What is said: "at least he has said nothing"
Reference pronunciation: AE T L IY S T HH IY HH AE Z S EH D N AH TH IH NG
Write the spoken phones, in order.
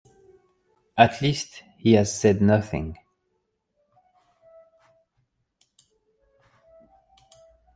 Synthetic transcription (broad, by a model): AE T L IY S T HH IY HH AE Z S EH D N AH TH IH NG